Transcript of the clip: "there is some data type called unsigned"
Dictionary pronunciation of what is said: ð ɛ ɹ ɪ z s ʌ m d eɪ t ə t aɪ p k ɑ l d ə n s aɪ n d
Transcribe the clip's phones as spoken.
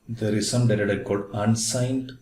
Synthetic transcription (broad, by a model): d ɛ ɹ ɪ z s ʌ m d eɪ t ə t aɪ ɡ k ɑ d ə n s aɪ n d